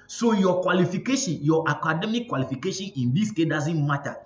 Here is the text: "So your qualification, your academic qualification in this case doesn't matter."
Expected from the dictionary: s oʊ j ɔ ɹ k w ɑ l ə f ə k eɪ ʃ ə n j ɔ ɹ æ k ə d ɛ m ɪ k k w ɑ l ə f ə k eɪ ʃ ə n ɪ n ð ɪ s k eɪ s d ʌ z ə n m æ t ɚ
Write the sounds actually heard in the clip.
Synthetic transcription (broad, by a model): s oʊ j ɔ k w ɑ l ə f ə k eɪ ʃ ə n j ɔ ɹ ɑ k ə d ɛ m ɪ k k w ɑ l ə f ə k eɪ ʃ ə n ɪ n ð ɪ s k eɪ d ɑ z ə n m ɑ t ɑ